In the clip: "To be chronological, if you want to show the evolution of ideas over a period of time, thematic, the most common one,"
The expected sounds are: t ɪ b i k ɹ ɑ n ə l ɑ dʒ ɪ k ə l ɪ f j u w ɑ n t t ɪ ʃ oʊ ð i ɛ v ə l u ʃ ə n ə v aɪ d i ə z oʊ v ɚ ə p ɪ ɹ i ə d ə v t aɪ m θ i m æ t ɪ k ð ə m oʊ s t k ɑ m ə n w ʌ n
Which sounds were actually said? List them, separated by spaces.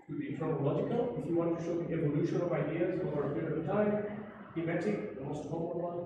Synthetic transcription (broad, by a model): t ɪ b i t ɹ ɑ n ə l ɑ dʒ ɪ k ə l ɪ f j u w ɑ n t t ɪ ʃ oʊ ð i ɛ v ə l u ʃ ə n ə v aɪ d i ə z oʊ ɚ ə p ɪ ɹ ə ə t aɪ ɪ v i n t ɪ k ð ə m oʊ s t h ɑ ə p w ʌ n